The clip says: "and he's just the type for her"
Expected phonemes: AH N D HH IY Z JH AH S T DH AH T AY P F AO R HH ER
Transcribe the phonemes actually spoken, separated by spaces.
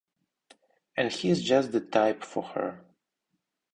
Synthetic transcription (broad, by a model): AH N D HH IY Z JH AH S T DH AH T AY P F AO R HH ER